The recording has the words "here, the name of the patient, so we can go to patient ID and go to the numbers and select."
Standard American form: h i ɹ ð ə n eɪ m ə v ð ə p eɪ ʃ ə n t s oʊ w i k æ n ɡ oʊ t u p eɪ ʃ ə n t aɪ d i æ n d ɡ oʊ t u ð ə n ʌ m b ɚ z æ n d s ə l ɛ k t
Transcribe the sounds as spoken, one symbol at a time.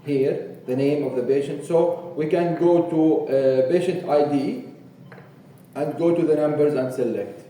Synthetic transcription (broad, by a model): h i ɹ ð ə n eɪ m ə v ð ə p eɪ ʃ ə n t s oʊ w i k æ n ɡ oʊ t u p eɪ ʃ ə n t aɪ d i æ n d ɡ oʊ t u ð ə n ʌ m b ɚ z æ n d s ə l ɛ k t